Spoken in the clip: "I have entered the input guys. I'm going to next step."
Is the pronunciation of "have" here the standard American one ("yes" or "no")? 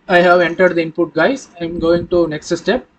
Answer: yes